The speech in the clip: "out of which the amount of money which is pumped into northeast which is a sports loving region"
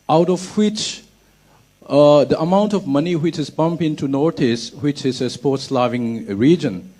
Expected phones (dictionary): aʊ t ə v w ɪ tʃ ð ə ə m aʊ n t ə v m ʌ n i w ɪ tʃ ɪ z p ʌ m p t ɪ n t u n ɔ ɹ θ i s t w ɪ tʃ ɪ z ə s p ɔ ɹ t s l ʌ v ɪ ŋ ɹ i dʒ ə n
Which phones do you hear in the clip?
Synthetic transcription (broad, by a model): aʊ t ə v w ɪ tʃ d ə ə m aʊ n t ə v m ʌ n i w ɪ tʃ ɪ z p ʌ m p ɪ n t u n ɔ ɹ t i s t w ɪ tʃ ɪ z ə s p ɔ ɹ t s l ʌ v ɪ ŋ ɹ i dʒ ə n